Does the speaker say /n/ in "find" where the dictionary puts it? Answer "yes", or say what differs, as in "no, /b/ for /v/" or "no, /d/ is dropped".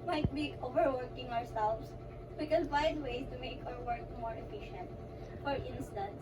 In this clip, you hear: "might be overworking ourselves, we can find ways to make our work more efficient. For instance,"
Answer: no, /n/ is dropped